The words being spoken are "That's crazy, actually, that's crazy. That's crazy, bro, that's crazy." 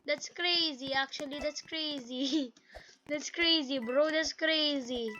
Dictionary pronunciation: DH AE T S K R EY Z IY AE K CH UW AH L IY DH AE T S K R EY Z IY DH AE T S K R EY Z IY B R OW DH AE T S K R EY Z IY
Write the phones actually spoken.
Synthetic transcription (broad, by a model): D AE T S K R EY Z IY AE K CH UW AH L IY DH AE T S K R EY Z IY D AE T S K R EY Z IY B R OW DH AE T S K R EY Z IY